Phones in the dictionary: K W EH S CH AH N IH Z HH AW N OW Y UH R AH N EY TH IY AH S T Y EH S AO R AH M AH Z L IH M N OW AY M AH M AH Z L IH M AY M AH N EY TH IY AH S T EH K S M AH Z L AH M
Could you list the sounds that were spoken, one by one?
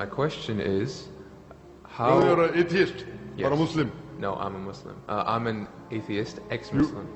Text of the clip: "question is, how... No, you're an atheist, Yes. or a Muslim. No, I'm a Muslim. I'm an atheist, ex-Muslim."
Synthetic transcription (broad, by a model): K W EH S CH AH N IH Z HH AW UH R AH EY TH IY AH S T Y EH AO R AH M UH S L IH M N OW AY M AH M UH S L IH M AY M AH N EY TH IY AH S T EH K S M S L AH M